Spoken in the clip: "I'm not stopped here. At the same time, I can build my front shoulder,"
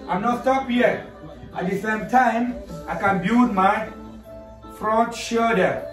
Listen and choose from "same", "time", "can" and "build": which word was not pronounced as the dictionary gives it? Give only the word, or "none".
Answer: build